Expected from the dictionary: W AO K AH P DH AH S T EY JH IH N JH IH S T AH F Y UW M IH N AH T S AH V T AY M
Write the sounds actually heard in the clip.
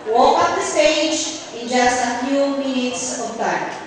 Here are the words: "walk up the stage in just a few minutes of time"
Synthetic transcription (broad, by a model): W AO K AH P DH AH S T EY JH IH N JH IH S T AH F Y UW M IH N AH T S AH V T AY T